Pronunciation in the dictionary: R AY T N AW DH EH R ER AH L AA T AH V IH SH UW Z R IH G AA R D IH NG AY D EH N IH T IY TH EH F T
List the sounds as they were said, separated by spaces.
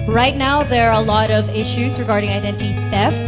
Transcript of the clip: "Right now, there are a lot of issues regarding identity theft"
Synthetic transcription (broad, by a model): R AY T N AW DH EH R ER AH L AA T AH V IH SH UW Z R IH G AA R D IH NG AY D EH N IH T IY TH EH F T